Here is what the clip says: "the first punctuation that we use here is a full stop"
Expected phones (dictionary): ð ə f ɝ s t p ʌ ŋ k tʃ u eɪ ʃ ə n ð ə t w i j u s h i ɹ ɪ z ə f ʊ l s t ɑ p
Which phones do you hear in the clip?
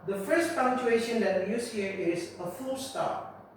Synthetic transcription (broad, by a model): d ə f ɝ s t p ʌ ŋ tʃ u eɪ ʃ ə n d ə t w i j u s h i ɹ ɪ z ə f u l s t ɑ